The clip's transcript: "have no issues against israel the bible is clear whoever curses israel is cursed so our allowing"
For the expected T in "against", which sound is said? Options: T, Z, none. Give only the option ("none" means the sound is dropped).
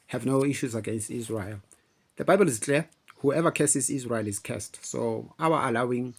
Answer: T